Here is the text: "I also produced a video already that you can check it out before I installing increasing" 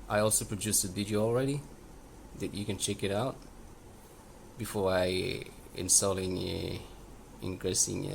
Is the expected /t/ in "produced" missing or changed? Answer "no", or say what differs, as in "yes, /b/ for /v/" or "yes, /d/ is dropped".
yes, /t/ is dropped